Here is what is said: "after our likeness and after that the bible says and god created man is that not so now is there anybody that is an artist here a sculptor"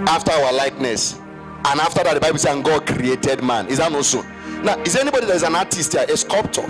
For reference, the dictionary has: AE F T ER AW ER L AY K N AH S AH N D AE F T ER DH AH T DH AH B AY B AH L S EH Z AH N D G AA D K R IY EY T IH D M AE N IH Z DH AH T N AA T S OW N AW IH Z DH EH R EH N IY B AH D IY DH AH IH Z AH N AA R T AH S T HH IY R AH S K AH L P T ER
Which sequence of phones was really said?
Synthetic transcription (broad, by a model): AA F T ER AW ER L AY K N AH S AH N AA F T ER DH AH T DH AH B AY B AH L S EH AH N G AA D K R IY EY T IH D M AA N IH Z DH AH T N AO S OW N AW IH Z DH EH EH N IY B AH D IY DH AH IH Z AH N AA T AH S T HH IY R AH S K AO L P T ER